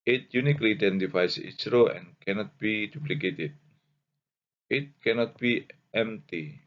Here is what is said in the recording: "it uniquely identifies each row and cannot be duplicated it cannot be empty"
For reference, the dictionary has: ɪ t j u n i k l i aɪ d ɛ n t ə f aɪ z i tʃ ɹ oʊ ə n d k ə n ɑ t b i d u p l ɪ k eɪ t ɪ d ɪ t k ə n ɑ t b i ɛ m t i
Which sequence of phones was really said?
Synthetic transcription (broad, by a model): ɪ t j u n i k l i d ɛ n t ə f aɪ s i s ɹ oʊ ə n k ə n ɑ t b i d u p l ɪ k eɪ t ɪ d ɪ t k ə n ɑ t b i ɛ m t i